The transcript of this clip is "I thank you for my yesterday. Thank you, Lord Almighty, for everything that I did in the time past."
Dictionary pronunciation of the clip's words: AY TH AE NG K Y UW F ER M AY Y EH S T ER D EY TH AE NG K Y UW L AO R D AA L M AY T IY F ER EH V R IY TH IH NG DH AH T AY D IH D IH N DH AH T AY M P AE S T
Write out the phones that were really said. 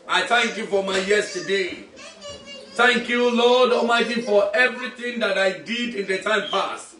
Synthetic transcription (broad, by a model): AY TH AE NG K Y UW F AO M AY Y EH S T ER D EY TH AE NG K Y UW L AO D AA M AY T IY F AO EH V R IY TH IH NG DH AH T AY D IH D IH N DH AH T AY M P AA S T